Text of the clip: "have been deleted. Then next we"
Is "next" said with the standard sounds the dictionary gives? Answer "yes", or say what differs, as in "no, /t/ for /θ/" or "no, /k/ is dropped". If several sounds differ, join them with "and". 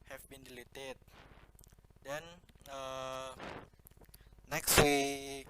yes